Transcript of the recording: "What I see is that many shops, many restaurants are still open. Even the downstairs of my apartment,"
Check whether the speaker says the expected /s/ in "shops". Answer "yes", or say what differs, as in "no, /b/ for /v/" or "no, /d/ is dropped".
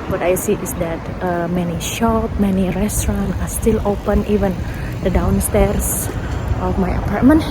no, /s/ is dropped